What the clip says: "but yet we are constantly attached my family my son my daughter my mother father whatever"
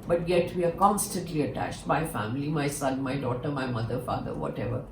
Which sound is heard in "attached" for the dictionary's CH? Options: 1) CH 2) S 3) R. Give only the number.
1